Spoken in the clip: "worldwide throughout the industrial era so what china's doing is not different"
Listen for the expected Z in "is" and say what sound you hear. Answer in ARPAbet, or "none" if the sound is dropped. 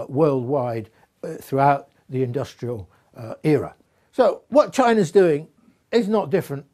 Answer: Z